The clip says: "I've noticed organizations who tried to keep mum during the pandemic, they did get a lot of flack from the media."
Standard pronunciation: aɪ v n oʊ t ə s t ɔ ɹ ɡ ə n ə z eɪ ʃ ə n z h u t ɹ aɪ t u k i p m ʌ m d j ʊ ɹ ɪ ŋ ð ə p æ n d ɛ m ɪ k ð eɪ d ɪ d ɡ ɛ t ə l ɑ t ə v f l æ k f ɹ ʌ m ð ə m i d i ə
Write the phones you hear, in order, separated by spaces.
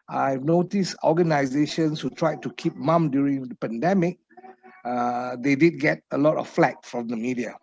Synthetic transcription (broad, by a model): aɪ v n oʊ t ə s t ɔ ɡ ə n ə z eɪ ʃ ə n s h u t ɹ aɪ t u k i p m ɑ m d j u ɹ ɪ ŋ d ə p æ n d ɛ m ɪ k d eɪ d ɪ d ɡ ɛ t ə l ɑ t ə f f l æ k f ɹ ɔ m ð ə m i d i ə